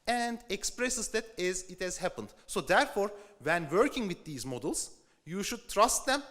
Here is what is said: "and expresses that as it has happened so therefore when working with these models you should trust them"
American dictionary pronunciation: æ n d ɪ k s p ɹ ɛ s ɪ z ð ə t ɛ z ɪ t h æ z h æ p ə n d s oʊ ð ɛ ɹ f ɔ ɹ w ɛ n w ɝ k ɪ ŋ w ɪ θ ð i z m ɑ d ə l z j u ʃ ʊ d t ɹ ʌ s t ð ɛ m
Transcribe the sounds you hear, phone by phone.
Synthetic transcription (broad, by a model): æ n d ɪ k s p ɹ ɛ s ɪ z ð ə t ɛ z ɪ t h æ z h æ p ə n d s oʊ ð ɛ ɹ f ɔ ɹ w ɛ n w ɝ k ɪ ŋ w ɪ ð i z m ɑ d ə l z j u ʃ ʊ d t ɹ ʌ s t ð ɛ m